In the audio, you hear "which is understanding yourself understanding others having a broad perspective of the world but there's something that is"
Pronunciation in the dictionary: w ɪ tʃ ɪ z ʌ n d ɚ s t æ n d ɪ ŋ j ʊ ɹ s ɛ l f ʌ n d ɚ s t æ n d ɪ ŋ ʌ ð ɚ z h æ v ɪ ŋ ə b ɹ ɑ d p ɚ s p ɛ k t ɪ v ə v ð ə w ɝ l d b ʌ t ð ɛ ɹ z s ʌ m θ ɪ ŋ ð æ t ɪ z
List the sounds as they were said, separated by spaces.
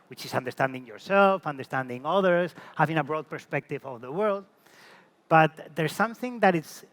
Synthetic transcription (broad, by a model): w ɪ tʃ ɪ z ʌ n d ɚ s t æ n d ɪ ŋ j ʊ ɹ s ɛ l f ʌ n d ɚ s t æ n d ɪ ŋ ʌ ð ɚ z h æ v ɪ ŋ ə b ɹ ɑ d p ɚ s p ɛ k t ɪ v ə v ð ə w ɝ l d b ʌ t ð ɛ ɹ s ʌ m θ ɪ ŋ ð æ t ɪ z